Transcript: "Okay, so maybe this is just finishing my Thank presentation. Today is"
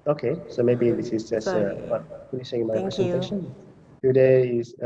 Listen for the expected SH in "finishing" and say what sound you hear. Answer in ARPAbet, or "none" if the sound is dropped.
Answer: S